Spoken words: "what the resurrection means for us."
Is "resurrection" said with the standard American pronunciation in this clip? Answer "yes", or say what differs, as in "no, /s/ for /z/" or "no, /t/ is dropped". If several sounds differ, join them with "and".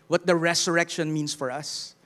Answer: no, /s/ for /z/